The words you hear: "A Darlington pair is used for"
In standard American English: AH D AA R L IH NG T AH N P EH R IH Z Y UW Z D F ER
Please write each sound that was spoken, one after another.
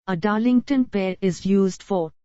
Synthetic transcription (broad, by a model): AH D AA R L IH NG T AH N P EH R IH Z Y UW Z D F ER